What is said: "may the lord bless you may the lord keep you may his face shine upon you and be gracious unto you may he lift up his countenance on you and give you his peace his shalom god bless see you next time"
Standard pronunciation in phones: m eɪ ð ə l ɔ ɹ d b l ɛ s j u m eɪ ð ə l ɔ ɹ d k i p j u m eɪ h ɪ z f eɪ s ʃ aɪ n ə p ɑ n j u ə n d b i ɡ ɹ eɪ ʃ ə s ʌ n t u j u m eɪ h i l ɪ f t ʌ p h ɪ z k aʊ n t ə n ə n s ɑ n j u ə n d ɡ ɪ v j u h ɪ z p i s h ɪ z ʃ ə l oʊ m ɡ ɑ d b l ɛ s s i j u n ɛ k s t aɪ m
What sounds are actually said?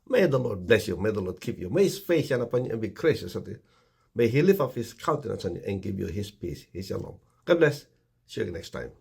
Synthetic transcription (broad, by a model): m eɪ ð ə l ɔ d b l ɛ s j u m eɪ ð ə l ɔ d k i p j u m eɪ h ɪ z f eɪ s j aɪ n ə p ɑ n j u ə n b i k ɹ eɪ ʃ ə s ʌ t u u m eɪ h i l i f ʌ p h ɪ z k aʊ n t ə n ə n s ɑ n j u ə n ɡ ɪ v j u h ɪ s p i s h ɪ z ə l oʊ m ɡ ɑ d b l ɛ s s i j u n ɛ k s t aɪ m